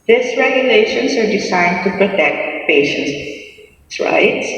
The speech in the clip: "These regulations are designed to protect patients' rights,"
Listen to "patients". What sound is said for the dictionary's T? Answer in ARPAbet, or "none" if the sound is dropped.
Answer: S